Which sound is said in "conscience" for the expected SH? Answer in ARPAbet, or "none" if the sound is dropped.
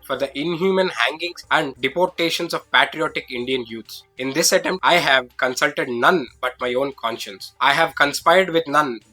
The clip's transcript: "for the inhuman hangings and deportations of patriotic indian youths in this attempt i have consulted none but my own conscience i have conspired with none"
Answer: SH